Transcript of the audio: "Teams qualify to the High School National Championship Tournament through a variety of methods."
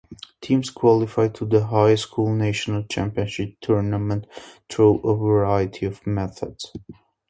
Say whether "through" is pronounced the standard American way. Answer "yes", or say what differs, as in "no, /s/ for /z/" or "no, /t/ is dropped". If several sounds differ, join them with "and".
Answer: no, /t/ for /θ/